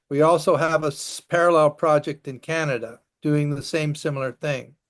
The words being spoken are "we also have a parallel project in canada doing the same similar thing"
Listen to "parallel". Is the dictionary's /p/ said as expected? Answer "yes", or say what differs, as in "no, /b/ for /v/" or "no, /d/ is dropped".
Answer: yes